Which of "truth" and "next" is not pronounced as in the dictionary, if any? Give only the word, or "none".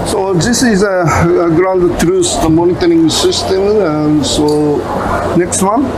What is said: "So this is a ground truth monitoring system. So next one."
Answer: truth